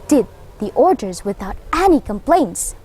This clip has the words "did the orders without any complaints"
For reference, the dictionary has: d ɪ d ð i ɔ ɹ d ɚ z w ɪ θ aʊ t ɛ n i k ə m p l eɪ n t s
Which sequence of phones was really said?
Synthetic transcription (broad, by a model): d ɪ d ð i ɔ ɹ d ɚ z w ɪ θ aʊ t ɛ n i k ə m p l eɪ n t s